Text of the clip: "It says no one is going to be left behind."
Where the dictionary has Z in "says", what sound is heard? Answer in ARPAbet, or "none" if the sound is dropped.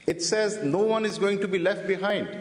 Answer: Z